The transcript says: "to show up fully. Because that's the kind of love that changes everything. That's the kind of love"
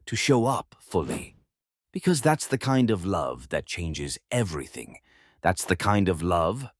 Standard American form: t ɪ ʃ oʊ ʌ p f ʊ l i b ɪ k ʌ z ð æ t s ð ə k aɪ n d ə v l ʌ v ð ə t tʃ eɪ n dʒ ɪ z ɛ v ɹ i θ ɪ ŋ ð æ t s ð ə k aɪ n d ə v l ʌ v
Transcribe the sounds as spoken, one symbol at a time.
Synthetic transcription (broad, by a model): t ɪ ʃ oʊ ʌ p f ʊ l i b ɪ k ʌ z ð æ t s ð ə k aɪ n d ə v l ʌ v ð ə t tʃ eɪ n dʒ ɪ z ɛ v ɹ i θ ɪ ŋ ð æ t s ð ə k aɪ n d ə v l ʌ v